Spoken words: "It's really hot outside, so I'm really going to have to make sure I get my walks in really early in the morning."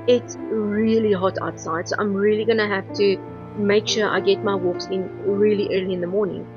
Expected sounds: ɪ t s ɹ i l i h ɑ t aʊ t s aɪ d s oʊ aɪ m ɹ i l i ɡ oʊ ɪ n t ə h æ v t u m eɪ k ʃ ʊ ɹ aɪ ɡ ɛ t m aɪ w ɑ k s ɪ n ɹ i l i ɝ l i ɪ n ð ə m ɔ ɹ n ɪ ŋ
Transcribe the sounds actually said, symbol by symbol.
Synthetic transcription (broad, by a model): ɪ t s ɹ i l i h ɑ t aʊ t s aɪ d s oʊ aɪ m ɹ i l i ɡ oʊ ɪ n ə h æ f t u m eɪ k ʃ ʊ ɹ aɪ ɡ ɛ t m aɪ w ɑ k s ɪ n ɹ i l i ɝ l i ɪ n ð ə m ɔ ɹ n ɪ ŋ